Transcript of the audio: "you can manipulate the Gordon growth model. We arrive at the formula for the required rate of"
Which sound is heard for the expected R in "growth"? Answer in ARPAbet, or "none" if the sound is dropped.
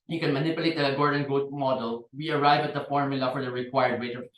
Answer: none